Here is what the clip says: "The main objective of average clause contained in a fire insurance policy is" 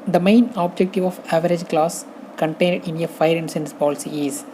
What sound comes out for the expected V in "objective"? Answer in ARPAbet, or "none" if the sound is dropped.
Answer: V